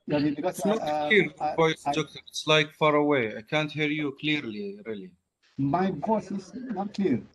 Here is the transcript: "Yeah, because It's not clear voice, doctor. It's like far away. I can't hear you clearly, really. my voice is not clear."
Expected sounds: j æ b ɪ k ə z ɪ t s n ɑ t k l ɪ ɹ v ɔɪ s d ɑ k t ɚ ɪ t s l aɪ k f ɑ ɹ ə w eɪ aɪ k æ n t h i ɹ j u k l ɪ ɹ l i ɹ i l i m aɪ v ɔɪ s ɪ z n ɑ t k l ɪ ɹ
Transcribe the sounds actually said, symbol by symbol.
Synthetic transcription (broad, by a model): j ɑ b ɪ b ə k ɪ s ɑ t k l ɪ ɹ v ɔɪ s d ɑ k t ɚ ɪ t s l aɪ k f ɑ ɹ ə w eɪ aɪ k æ n t h i ɹ j u k l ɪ ɹ l i ɹ i l i m aɪ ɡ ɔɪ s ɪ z n ɑ t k l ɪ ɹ